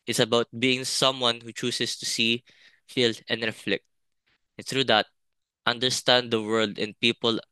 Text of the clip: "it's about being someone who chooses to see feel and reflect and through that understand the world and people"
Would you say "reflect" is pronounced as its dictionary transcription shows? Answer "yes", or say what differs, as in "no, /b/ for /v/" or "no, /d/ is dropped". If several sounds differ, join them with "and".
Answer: yes